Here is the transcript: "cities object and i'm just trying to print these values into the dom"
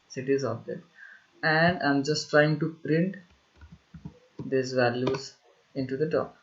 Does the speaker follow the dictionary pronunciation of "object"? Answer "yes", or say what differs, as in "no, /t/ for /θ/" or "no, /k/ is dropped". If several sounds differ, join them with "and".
no, /k/ is dropped